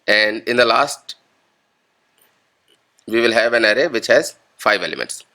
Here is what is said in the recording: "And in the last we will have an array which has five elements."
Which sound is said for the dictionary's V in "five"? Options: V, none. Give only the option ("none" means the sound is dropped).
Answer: V